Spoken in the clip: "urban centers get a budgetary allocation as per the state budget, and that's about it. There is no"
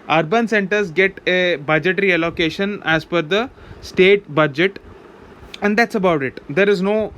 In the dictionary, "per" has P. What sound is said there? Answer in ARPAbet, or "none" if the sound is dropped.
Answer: F